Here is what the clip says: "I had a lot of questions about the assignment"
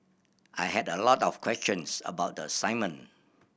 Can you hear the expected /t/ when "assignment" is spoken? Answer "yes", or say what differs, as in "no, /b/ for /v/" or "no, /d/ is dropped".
no, /t/ is dropped